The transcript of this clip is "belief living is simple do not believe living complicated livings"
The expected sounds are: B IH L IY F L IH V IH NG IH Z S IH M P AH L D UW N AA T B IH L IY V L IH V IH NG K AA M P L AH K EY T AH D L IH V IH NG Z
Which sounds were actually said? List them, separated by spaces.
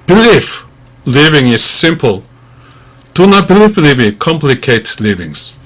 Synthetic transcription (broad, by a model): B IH L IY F L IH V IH NG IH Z S IH M P AH L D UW N AA T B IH L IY F L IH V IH K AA M P L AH K EY T L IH V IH NG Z